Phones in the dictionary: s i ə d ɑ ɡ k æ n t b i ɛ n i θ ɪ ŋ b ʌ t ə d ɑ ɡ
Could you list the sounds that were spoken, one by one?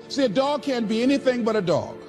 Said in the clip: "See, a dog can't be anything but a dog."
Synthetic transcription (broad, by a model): s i ə d ɑ ɡ k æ n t b i ɛ n i θ ɪ ŋ b ʌ t ə d ɑ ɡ